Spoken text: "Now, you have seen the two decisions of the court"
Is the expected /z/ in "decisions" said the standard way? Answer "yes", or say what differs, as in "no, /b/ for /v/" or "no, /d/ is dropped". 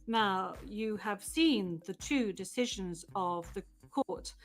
yes